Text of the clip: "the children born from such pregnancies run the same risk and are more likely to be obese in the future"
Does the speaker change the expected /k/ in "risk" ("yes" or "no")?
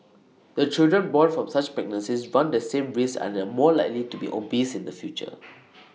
yes